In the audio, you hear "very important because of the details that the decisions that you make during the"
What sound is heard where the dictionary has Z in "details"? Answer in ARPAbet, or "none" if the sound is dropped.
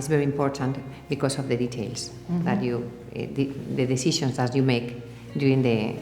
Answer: S